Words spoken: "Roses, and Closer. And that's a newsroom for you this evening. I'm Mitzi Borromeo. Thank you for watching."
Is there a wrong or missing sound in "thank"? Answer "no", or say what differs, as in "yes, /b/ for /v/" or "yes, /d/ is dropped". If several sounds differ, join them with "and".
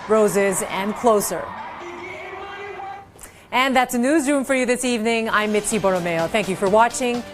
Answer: no